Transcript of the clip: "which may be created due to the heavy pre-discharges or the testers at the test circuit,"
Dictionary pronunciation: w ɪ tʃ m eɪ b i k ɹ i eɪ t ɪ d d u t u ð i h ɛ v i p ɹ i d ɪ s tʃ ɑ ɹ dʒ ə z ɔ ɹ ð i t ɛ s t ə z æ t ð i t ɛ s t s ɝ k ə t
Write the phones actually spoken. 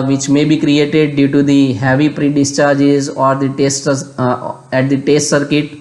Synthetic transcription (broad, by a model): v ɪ tʃ m eɪ b i k ɹ i eɪ t ɪ d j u t u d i h ɛ v i p ɹ i d ɪ s tʃ ɑ ɹ dʒ ə z ɔ ɹ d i t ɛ s t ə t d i t ɛ s t s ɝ k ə t